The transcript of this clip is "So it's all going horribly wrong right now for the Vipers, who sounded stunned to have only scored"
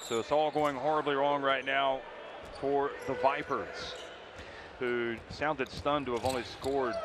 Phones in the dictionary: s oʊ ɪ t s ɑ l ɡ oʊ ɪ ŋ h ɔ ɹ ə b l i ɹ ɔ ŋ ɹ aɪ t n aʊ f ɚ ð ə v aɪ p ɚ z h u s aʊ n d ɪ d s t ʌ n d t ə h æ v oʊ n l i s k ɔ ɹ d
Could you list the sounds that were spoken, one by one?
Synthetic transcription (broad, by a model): s oʊ ɪ t s ɑ l ɡ oʊ ɪ ŋ h ɔ ɹ ə b l i ɹ ɔ ŋ ɹ aɪ t n aʊ f ɚ ð ə v aɪ p ɚ z h u s aʊ n d ɪ d s t ʌ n t ə v oʊ n l i s k ɔ ɹ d